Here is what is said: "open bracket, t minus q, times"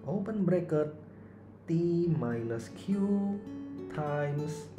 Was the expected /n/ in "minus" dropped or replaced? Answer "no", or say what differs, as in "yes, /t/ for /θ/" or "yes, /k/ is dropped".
yes, /l/ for /n/